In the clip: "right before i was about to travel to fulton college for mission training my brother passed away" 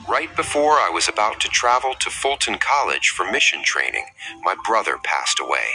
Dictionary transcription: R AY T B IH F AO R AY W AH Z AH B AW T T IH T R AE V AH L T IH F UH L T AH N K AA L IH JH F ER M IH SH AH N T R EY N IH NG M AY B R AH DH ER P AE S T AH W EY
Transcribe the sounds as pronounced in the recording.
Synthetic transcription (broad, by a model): R AY T B IH F AO R AY W AH Z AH B AW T T IH T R AE V L T IH F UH L T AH N K AA L IH JH F ER M IH SH AH N T R EY N IH NG M AY B R AH DH ER P AE S T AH W EY